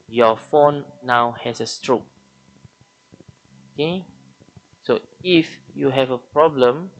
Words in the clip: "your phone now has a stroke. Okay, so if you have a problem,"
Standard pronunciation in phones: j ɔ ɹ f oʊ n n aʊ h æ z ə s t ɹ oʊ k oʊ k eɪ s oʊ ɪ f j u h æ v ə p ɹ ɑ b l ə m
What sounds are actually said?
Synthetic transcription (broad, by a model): j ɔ f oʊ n n aʊ h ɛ s ə s t ɹ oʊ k oʊ k eɪ s oʊ ɪ f j u h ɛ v ə p ɹ ɑ b l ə m